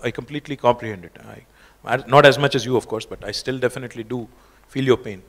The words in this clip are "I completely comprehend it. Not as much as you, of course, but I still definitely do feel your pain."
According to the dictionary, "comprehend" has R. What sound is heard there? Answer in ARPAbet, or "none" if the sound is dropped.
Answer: L